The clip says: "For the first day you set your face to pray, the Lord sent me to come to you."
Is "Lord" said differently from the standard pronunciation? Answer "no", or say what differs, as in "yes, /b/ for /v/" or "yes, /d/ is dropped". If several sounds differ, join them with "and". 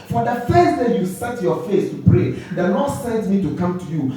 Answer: yes, /n/ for /l/